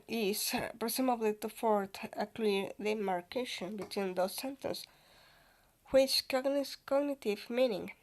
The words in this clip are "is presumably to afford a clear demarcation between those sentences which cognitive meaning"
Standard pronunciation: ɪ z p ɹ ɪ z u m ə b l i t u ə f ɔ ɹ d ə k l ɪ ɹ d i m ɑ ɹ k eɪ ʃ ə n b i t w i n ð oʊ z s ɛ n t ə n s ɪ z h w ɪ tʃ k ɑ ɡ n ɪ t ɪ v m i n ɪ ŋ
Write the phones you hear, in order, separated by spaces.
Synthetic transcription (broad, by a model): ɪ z p ɹ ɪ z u m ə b l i t u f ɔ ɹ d ə k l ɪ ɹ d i m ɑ ɹ k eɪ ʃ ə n b i t w i n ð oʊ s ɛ n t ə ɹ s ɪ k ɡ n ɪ s k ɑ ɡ n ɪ t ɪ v m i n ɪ ŋ